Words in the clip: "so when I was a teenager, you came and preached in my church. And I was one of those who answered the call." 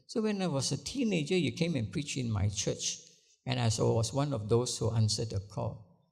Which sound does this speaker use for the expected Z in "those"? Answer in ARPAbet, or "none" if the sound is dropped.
S